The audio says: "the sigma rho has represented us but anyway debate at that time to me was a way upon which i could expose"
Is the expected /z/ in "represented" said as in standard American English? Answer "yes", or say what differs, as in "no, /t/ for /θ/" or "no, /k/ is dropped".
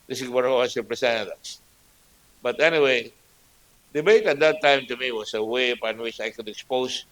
no, /s/ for /z/